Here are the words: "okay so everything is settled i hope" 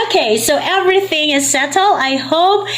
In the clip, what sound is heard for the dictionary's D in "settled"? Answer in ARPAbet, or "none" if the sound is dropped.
none